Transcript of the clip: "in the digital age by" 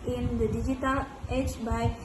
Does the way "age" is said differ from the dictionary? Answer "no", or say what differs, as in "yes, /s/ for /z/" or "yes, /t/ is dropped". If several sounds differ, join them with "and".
yes, /tʃ/ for /dʒ/